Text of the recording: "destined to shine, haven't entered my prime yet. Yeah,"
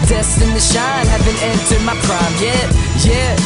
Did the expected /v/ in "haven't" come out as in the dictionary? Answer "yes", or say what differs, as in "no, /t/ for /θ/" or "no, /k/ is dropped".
no, /b/ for /v/